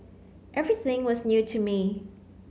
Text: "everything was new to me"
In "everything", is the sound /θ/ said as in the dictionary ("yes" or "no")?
yes